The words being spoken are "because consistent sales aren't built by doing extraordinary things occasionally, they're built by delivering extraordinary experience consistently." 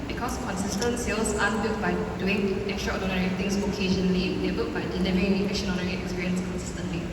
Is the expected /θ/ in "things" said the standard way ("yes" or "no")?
no